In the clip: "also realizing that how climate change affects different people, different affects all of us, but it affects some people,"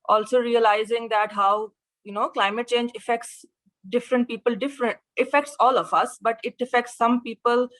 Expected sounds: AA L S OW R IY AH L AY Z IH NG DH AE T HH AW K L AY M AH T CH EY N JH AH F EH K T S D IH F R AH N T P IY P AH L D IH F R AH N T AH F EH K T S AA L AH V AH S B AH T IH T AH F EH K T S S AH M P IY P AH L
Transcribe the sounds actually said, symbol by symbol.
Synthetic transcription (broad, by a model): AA L S OW R IY AH L AY Z IH NG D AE T HH AW K L AY M AH T CH EY N JH AH F EH K T S D IH F R AH N T P IY P AH L D IH F R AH N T AH F EH K T S AA L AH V AH S B AH T IH T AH F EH K T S S AH M P IY P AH L